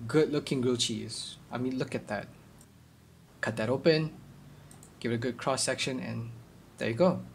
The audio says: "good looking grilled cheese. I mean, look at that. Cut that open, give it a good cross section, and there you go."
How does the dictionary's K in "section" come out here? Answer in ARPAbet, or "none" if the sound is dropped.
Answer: K